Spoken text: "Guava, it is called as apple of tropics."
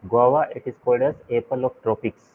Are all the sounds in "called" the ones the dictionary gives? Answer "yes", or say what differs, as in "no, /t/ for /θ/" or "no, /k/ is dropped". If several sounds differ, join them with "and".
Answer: yes